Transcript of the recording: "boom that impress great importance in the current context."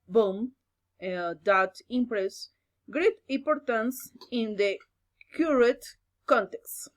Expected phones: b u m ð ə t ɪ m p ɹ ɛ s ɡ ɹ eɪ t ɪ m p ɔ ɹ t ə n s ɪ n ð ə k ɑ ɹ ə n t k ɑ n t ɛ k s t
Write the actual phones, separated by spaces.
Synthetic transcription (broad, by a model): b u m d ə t ɪ m p ɹ ɛ s ɡ ɹ eɪ t ɪ m p ɔ ɹ t ə n s ɪ n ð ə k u ɹ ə t k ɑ n t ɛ k s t